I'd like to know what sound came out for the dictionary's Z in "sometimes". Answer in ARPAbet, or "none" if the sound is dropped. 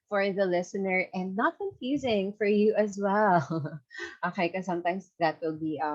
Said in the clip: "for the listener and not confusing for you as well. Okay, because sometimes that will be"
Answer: S